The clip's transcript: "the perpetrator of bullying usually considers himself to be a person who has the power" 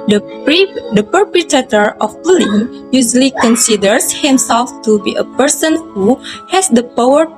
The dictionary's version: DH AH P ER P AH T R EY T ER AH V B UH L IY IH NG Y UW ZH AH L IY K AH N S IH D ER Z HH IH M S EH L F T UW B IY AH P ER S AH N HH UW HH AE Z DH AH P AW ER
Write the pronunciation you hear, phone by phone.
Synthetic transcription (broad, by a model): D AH P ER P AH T EY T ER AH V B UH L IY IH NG Y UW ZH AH L IY K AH N S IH D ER S HH IH M S EH L F T UW B IY AH P ER S AH N HH UW HH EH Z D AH P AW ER